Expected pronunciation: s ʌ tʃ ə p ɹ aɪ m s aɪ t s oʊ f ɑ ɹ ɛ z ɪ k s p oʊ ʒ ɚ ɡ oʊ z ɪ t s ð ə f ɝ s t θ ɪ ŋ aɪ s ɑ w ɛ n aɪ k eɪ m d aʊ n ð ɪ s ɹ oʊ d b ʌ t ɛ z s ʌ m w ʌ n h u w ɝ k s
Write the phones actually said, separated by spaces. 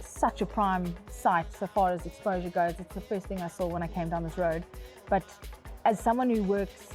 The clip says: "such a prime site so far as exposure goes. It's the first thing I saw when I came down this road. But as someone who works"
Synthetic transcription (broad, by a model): s ʌ tʃ ə p ɹ aɪ m s aɪ t s oʊ f ɑ ɹ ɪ z ɪ k s p oʊ ʒ ɚ ɡ oʊ z ɪ t s ð ə f ɝ s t θ ɪ ŋ aɪ s ɑ w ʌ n aɪ k eɪ m d aʊ n ð ɪ s ɹ oʊ d b ʌ t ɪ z s ʌ m w ʌ n h u w ɝ k s